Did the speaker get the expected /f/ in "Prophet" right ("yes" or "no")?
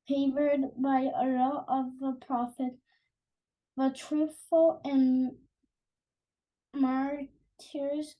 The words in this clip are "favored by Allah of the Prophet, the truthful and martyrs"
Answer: yes